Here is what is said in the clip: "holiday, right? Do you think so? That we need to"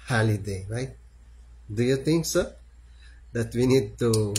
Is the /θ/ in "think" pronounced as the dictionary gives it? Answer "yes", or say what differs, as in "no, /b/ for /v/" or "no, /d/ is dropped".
no, /t/ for /θ/